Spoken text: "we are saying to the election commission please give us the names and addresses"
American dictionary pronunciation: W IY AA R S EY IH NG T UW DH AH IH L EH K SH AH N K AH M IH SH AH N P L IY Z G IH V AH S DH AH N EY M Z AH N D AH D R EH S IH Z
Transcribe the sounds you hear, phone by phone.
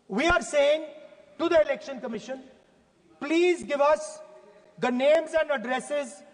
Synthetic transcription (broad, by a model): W IY AA R S EY IH NG T UW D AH IH L EH K SH AH N K AH M IH SH AH N P L IY Z G IH V AH S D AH N EY M Z AH N D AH D R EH S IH Z